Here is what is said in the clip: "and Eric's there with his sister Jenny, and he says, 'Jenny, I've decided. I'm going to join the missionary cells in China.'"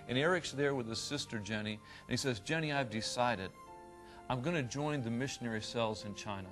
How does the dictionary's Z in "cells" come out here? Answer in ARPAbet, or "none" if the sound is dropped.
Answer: Z